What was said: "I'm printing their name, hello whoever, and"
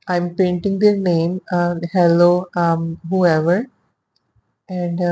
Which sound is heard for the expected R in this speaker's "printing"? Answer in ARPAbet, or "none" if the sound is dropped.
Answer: none